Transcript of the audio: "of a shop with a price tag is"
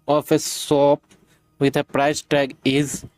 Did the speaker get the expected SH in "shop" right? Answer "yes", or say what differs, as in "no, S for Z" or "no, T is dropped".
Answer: no, S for SH